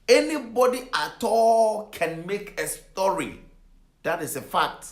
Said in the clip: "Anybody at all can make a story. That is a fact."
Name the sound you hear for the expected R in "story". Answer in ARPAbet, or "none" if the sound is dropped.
R